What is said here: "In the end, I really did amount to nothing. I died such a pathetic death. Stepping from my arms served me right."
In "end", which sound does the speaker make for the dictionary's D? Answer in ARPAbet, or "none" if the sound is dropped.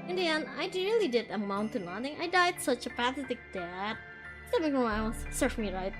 none